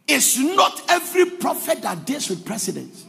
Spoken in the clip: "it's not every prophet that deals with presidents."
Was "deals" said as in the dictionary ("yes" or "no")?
no